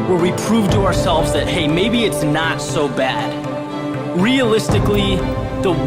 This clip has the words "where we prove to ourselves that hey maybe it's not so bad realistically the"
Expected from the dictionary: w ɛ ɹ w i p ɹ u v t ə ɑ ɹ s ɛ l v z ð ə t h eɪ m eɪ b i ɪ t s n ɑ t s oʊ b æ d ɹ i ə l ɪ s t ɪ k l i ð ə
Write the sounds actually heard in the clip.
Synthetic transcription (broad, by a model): w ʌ ɹ w i p ɹ u v t ə ɑ ɹ s ɛ l v z ð ə t h eɪ m eɪ b i ɪ t s n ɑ t s oʊ b æ d ɹ i ə l ɪ s t ɪ k l i ð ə